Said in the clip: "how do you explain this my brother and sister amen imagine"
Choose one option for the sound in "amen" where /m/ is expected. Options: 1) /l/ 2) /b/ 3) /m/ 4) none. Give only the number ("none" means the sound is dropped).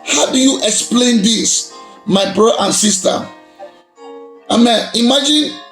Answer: 3